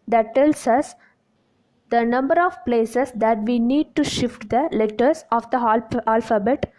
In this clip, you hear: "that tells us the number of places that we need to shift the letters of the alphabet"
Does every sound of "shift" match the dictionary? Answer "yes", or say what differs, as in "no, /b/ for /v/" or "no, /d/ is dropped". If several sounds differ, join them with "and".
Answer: yes